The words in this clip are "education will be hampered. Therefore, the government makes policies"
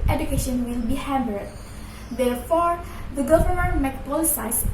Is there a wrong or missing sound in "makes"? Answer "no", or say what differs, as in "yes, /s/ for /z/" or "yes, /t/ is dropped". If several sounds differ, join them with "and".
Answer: yes, /s/ is dropped